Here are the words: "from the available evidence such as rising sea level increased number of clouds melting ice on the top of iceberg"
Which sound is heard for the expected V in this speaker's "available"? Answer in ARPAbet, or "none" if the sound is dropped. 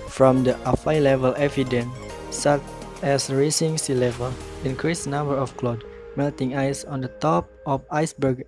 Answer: F